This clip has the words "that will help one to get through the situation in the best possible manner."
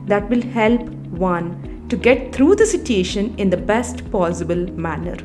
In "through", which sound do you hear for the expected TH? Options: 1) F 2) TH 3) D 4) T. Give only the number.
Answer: 4